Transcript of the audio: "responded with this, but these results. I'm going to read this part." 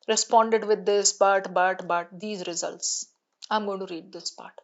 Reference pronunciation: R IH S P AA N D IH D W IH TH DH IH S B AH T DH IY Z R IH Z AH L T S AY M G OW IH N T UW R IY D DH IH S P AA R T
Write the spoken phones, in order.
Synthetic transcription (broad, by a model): R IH S P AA N D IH D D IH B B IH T B AH T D IY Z R IH Z AH L T S AY M G OW IH N T UW R IY D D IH S P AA R T